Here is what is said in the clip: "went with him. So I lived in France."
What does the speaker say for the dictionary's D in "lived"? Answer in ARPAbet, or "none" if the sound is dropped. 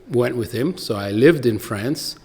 D